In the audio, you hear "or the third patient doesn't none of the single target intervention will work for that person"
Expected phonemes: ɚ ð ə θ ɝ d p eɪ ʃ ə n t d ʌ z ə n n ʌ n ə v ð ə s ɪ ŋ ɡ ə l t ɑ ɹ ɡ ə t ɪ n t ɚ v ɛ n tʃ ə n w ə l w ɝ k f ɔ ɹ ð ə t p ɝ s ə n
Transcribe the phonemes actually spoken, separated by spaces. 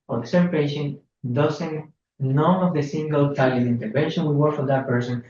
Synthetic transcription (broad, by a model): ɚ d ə s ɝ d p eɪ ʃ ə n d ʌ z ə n n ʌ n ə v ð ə s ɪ ŋ ɡ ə l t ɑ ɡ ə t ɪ n t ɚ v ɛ n ʃ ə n w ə w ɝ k f ɔ ɹ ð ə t p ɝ s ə n